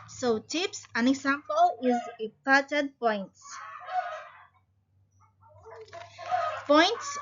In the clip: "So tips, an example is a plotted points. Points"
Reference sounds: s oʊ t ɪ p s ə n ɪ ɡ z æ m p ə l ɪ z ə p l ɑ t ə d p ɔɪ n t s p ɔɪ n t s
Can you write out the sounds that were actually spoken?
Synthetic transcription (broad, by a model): s oʊ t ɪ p s ə n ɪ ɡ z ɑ m p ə l ɪ z ə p ɑ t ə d p ɔɪ n t s p ɔɪ n t s